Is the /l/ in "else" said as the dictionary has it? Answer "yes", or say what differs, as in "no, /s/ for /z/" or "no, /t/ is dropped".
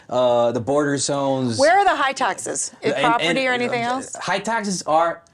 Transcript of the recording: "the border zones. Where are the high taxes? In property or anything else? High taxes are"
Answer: yes